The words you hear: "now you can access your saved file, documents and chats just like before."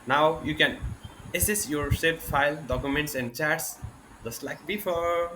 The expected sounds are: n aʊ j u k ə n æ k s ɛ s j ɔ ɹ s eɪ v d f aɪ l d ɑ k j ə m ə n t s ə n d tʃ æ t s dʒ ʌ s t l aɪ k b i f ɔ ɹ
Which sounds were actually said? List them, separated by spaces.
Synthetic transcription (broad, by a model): n aʊ j u k ə n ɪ s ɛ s j ɔ ɹ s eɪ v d f aɪ l d ɑ k j ə m ə n t s ə n d tʃ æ t s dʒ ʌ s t l aɪ k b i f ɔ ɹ